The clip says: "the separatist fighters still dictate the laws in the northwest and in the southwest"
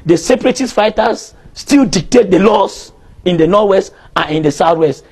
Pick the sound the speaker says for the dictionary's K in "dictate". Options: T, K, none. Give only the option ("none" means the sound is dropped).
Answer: K